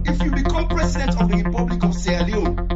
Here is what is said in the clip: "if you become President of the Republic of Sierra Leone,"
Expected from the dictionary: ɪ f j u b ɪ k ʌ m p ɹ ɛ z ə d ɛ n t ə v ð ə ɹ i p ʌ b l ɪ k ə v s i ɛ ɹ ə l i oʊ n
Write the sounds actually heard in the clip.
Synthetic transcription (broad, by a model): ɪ f j u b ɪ k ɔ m p ɹ ɛ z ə d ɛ n t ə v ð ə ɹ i p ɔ b l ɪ k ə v s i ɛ ə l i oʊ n